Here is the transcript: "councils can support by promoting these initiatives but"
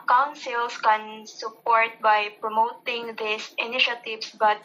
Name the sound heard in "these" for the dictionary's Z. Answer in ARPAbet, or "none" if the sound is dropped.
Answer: S